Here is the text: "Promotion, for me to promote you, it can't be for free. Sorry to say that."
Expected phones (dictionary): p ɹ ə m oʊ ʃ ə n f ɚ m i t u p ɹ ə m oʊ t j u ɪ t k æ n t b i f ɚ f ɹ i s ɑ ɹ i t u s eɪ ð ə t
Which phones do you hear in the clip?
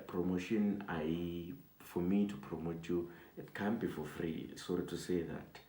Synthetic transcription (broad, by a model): p ɹ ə m oʊ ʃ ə n f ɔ m i t u p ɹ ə m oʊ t j u ɪ t k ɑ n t b i f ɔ f ɹ i s ɑ ɹ i t u s eɪ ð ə t